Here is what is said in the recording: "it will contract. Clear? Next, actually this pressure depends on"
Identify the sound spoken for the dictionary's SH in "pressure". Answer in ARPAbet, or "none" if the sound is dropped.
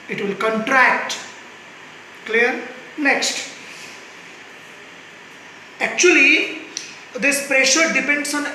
SH